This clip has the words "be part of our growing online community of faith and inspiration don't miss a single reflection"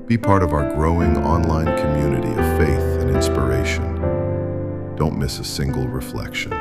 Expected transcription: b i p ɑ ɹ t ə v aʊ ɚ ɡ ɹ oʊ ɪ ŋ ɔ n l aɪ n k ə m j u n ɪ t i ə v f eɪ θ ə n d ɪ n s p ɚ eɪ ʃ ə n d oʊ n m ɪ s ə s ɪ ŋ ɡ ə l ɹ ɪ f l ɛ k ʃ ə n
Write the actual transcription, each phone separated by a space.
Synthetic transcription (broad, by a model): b i p ɑ ɹ t ə v aʊ ɚ ɡ ɹ oʊ ɪ ŋ ɔ n l aɪ n k ə m j u n ɪ t i ə v f eɪ θ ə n ɪ n s p ɚ eɪ ʃ ə n d oʊ n m ɪ s ə s ɪ ŋ ɡ l ɹ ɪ f l ɛ k ʃ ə n